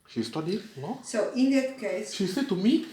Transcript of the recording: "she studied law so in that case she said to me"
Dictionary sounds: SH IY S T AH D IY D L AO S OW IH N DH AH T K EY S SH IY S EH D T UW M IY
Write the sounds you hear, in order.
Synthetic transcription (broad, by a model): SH IY S T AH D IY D N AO S OW IH N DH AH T K EY S SH IY S EH D T UW M IY